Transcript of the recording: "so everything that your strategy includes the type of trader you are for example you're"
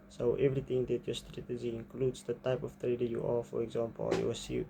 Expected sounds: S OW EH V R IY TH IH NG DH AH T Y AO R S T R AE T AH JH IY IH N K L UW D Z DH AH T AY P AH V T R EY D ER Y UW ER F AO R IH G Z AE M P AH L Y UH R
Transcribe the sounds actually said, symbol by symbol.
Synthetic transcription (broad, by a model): S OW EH V R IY T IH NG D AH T Y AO S T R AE T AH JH IY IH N K L UW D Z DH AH T AY P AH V T R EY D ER Y UW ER F AO R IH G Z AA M P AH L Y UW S